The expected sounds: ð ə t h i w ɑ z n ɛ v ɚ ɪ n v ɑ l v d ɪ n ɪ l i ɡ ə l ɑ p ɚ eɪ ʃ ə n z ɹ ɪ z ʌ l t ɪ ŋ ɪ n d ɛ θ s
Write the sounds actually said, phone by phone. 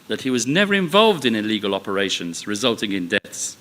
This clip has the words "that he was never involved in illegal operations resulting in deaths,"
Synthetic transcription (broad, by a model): ð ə t h i w ɑ z n ɛ v ɚ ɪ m v ɑ l v d ɪ n ɪ l i ɡ ə l ɑ p ɚ eɪ ʃ ə n z ɹ ɪ z ʌ l t ɪ ŋ ɪ n d ɛ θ s